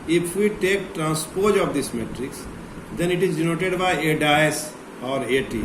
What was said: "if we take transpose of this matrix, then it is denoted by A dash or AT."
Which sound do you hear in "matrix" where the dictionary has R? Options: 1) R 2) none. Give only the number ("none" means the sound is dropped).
1